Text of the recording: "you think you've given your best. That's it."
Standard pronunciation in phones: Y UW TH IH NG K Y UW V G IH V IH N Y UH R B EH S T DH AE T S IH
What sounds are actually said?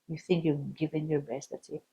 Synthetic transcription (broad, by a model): Y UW TH IH NG K Y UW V G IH V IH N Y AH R B EH S T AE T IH